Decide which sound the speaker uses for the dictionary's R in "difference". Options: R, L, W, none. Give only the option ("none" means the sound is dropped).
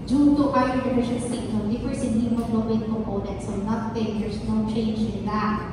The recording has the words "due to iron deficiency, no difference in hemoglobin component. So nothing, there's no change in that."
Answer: none